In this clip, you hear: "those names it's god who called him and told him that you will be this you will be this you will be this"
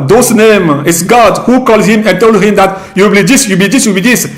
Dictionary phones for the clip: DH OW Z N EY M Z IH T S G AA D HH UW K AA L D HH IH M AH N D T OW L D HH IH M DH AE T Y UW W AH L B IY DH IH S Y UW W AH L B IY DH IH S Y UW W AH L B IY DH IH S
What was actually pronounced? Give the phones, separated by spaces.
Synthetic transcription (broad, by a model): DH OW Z N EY M IH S G AA D HH UW K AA L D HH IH M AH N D T OW L D HH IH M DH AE T Y UW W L B IY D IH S Y UW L B IY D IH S Y UW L B IY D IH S